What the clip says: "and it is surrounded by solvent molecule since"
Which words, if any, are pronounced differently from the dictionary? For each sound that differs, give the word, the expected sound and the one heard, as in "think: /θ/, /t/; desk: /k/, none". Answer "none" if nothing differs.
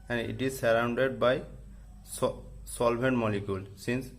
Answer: solvent: /v/, /b/